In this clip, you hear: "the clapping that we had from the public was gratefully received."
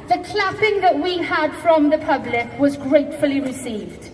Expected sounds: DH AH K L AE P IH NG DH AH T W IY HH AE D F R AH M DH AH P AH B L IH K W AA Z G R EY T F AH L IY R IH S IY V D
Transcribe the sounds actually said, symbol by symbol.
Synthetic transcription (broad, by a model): DH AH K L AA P IH NG DH AH T W IY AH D F R AH M DH AH P AH B L IH K W AA Z G R EY T F AH L IY R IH S IY V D